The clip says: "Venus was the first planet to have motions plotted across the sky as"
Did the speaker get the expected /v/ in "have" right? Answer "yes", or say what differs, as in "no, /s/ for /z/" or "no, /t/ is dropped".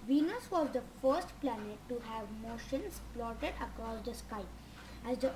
yes